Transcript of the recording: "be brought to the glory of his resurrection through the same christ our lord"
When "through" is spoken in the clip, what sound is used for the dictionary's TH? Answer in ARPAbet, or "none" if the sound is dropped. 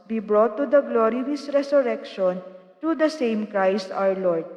T